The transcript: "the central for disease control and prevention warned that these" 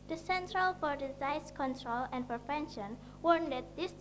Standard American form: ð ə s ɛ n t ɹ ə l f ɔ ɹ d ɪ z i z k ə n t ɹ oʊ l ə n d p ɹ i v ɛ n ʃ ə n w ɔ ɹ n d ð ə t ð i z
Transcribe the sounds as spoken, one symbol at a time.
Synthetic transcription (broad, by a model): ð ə s ɛ n t ɹ ə l f ɔ ɹ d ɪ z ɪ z k ə n t ɹ oʊ l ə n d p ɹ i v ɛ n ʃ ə n w ɔ ɹ n d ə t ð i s